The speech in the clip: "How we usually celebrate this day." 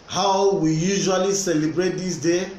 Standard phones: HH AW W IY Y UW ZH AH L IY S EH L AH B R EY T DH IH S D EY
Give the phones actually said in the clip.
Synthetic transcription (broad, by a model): HH AW W IY Y UW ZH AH L IY S EH L AH B R EY T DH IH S D EY